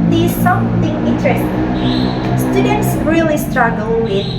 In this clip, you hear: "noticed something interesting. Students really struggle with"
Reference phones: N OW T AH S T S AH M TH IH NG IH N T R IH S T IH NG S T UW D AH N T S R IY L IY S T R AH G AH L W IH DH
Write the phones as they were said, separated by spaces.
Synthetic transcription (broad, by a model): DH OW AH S S AH M TH IH NG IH N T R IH S T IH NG S T UW D AH N T S R IY L IY S T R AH G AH L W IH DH